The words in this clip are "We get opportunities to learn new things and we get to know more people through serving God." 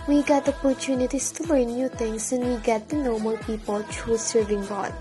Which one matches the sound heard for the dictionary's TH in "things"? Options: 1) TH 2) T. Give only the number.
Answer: 2